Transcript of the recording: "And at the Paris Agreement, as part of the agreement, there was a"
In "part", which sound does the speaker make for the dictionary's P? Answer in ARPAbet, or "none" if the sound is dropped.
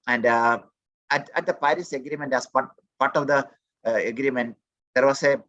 P